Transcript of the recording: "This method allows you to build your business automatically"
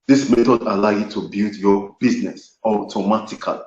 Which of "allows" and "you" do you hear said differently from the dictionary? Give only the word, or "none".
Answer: allows